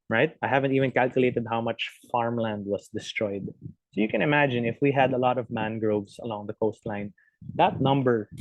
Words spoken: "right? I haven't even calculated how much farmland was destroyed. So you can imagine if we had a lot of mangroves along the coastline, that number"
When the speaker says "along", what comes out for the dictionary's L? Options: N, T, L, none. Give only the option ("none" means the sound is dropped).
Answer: L